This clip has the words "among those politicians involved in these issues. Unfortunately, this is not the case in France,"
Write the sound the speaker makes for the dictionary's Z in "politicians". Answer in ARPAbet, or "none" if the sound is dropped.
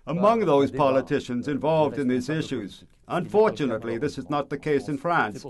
Z